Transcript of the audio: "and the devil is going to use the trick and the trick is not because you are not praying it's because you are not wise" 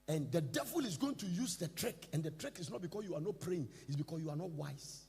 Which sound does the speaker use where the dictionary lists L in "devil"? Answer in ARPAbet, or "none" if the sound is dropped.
L